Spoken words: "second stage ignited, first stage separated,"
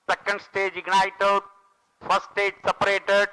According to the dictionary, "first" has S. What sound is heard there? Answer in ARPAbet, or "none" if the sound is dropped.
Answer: none